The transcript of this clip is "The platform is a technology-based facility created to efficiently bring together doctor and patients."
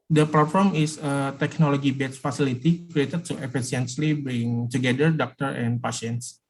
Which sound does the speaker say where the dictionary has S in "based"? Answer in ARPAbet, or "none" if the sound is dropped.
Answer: none